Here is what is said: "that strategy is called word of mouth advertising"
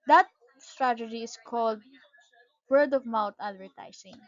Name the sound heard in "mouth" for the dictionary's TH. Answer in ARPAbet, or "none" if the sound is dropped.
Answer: T